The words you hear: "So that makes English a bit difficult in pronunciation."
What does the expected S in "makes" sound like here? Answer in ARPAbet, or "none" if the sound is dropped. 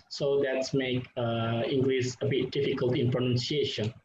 none